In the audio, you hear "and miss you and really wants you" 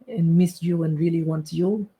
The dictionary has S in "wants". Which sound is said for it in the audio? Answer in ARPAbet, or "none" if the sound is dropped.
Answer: none